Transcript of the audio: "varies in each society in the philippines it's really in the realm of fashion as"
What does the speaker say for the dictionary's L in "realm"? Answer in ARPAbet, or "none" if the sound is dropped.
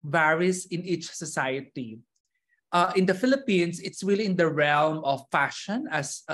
L